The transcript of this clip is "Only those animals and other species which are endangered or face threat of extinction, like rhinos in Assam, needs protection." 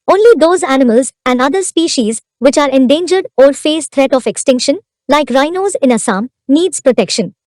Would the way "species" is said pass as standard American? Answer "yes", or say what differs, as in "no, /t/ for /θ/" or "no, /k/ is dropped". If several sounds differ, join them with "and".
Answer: yes